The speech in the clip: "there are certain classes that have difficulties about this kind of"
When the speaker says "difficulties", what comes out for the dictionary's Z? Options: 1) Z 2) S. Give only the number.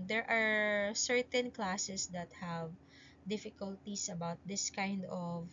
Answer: 2